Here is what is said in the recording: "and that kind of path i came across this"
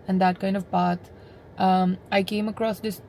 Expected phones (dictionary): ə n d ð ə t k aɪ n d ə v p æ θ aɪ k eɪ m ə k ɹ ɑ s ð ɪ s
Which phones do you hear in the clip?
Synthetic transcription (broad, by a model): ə n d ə t k aɪ n d ə v p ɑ t aɪ k eɪ m ə k ɹ ɑ s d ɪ s